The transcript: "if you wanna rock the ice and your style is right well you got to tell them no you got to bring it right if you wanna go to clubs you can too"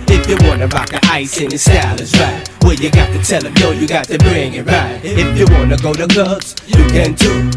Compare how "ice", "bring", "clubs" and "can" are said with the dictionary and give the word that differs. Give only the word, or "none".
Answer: clubs